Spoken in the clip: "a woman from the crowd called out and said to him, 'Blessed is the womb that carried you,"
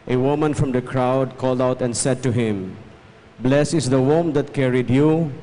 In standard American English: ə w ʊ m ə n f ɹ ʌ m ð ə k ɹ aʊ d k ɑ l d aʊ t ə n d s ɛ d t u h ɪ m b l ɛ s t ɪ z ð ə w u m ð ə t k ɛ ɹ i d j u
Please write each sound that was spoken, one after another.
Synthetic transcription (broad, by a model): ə w ʊ m ə n f ɹ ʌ m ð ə k ɹ aʊ d k ɑ l d aʊ t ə n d s ɛ d t u h ɪ m b l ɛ s ɪ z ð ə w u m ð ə t k ɛ ɹ i d j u